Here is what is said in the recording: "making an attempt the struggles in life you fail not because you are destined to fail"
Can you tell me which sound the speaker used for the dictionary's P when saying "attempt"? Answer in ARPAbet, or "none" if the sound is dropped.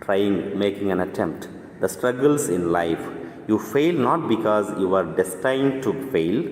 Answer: P